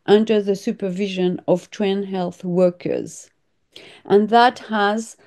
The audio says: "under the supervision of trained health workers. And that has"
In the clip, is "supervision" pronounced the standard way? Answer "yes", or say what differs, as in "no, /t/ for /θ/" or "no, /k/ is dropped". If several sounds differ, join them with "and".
yes